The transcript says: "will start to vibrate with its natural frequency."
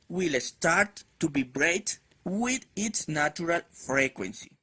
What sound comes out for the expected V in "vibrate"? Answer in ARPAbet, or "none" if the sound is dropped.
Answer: B